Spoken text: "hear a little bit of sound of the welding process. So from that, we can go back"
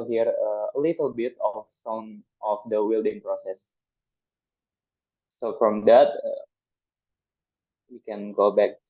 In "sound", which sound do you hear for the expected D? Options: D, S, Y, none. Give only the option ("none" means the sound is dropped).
none